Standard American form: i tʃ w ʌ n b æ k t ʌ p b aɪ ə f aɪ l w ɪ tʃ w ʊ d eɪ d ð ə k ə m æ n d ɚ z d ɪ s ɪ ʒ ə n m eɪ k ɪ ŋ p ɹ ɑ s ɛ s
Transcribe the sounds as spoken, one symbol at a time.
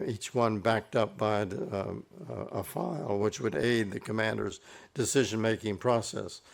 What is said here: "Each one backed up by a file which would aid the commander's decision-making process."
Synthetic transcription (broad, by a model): i tʃ w ʌ n b æ k t ʌ p b aɪ ə f aɪ l w ɪ tʃ w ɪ d eɪ d ð ə k ə m æ n d ɚ z d ɪ s ɪ ʒ ə n m eɪ k ɪ ŋ p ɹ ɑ s ɛ s